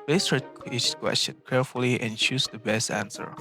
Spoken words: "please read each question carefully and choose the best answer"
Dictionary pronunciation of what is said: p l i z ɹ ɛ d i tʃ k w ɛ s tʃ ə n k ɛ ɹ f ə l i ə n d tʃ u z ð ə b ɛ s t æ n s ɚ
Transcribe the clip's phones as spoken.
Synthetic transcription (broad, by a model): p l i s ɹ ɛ i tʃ k w ɛ s tʃ ə n k ɛ ɹ f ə l i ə n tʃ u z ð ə b ɛ s t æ n s ɚ